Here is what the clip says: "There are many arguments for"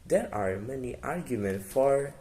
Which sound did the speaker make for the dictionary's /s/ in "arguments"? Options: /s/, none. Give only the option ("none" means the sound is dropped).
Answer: none